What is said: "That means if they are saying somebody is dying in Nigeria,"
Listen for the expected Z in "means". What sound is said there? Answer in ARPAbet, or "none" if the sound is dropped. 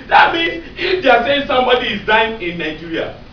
none